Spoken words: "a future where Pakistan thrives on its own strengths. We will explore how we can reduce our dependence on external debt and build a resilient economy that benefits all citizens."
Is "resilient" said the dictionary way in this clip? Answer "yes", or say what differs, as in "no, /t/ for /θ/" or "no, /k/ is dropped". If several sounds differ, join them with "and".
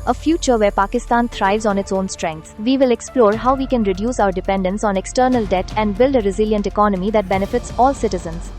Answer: yes